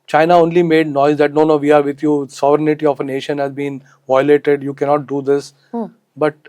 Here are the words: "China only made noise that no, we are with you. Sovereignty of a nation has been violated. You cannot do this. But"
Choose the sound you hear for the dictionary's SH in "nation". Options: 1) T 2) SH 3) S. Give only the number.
2